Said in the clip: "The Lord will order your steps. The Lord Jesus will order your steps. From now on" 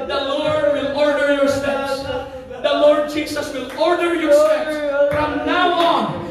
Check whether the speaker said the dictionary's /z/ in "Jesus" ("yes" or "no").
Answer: no